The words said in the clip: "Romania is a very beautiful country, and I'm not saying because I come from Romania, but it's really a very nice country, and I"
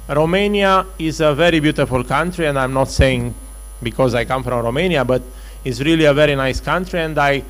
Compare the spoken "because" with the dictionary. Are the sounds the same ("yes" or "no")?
yes